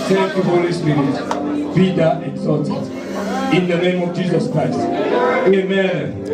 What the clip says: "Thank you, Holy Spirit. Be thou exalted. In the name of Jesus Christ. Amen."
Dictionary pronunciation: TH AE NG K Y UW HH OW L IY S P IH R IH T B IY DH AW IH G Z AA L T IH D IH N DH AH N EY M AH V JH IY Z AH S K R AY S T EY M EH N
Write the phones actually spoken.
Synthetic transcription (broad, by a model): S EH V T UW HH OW L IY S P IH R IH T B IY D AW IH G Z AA T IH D IH N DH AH N EY M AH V JH IY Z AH S K R AY S T EY M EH N